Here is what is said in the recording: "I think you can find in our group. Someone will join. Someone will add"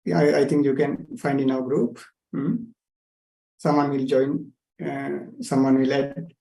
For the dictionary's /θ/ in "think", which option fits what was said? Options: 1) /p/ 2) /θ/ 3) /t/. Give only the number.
3